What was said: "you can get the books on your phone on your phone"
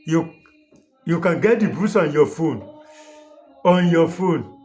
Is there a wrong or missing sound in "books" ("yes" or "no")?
yes